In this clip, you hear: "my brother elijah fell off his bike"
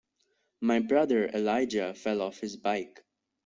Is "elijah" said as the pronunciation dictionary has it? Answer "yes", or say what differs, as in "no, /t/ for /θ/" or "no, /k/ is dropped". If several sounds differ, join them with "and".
yes